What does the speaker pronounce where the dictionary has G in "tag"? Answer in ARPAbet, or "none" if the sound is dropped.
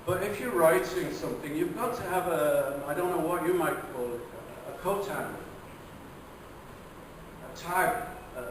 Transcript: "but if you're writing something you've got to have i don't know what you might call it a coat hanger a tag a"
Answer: none